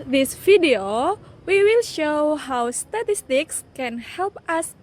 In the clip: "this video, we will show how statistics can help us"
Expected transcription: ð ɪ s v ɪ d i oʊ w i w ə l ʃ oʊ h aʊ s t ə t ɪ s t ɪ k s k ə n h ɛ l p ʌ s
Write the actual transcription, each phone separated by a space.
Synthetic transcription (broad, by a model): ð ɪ s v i d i oʊ w i w ə l ʃ oʊ h aʊ s t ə t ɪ s t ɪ k s k ə n h ɛ l p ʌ s